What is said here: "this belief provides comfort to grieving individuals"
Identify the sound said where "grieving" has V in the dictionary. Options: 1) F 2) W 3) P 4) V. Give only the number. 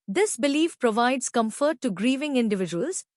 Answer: 4